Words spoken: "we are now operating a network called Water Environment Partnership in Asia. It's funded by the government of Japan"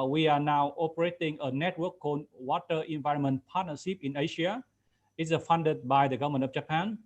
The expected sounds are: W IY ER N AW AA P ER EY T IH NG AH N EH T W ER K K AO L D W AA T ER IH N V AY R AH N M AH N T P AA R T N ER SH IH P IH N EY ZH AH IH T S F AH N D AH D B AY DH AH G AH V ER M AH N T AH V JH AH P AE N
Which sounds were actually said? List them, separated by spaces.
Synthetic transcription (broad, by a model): W IY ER N AW AA P ER EY T IH NG AH N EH T W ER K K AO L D W AA T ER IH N V AY R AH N M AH N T P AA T N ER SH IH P IH N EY SH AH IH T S F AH N D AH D B AY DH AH G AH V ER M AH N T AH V JH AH P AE N